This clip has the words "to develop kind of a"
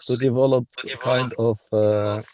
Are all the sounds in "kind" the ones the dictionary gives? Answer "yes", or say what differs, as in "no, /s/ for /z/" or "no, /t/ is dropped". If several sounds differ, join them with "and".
yes